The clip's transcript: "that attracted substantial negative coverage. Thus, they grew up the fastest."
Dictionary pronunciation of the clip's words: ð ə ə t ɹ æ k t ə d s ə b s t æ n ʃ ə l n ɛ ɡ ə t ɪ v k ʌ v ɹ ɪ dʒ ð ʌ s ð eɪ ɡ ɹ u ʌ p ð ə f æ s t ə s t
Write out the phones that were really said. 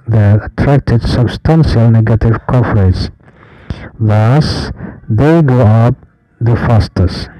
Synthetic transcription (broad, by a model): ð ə ə t ɹ æ k t ə d s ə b s t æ n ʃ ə l n ɛ ɡ ə t ɪ v k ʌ f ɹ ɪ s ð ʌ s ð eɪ ɡ ɔ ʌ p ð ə f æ s t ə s